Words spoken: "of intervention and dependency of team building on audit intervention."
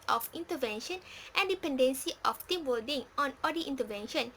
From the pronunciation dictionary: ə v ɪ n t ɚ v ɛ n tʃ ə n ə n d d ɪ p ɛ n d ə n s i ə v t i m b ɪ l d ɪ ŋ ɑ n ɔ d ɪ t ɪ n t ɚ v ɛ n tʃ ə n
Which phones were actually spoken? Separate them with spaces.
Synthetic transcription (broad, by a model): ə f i n t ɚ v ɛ n ʃ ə n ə n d d ɪ p ɛ n d ə n s i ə f t i m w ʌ d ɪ ŋ ɑ n ɔ d ɪ t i n t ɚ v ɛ n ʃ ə n